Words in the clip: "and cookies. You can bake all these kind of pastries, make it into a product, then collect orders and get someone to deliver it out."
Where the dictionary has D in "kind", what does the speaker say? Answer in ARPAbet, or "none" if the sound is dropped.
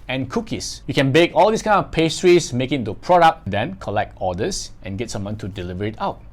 none